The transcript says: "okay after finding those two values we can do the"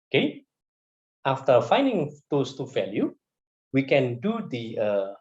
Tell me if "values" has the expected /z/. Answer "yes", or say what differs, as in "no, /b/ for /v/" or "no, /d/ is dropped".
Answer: no, /z/ is dropped